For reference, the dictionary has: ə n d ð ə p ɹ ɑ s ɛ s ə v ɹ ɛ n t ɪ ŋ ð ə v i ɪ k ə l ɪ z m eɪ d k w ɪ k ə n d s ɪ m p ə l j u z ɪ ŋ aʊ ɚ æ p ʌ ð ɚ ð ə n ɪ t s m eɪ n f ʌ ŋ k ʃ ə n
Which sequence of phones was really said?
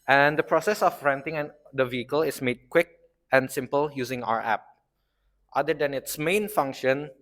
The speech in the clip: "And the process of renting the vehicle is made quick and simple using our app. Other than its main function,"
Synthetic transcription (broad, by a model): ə n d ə p ɹ ɑ s ɛ s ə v ɹ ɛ n t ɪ ŋ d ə v i ɪ k ə l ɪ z m eɪ d k w ɪ k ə n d s ɪ m p ə l j u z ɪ ŋ aʊ ɚ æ p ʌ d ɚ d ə n ɪ t s m eɪ n f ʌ ŋ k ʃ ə n